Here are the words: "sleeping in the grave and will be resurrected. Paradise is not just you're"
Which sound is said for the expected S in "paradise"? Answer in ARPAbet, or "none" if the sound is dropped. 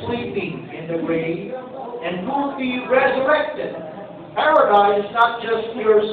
none